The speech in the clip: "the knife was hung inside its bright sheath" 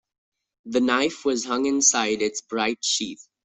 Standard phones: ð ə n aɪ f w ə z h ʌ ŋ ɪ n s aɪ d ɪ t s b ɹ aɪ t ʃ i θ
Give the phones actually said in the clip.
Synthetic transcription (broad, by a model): ð ə n aɪ f w ə z h ʌ ŋ ɪ n s aɪ d ɪ t s b ɹ aɪ t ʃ i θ